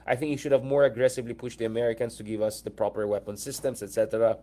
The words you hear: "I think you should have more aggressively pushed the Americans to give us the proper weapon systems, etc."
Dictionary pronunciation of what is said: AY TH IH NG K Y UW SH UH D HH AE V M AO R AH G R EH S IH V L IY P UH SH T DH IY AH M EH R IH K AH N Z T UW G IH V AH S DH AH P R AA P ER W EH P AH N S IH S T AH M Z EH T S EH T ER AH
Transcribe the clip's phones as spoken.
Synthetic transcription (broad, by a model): AY TH IH NG K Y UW SH UH D HH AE V M AO R AH G R EH S IH V L IY P UH SH T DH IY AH M EH R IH K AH N S T UW G IH V AH S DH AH P R AA P ER W EH P AH N S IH S T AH M S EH T S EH T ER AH